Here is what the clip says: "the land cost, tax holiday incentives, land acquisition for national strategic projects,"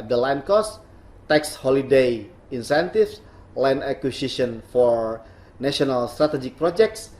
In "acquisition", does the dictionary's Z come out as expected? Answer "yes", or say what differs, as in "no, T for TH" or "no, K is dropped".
no, S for Z